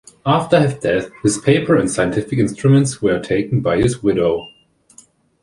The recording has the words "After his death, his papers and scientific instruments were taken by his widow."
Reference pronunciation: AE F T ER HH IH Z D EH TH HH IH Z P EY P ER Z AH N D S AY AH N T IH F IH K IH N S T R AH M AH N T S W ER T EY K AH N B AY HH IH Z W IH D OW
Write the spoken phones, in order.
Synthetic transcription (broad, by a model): AE F T ER HH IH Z D EH TH HH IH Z P EY P ER AH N S AY AH N T IH F IH K IH N S T R AH M AH N T S W ER T EY K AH N B AY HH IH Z W IH D OW